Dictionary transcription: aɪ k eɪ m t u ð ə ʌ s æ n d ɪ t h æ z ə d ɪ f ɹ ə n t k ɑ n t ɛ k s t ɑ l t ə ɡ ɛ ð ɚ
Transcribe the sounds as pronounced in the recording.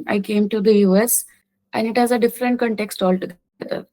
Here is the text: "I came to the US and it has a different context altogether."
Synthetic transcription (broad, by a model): aɪ k eɪ m t u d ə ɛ s æ n d ɪ t h æ z ə d ɪ f ɹ ə n t k ɑ n t ɛ k s t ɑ l t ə ɡ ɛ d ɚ